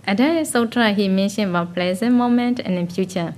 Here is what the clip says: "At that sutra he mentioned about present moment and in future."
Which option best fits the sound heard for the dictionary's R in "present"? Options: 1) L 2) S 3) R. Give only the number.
1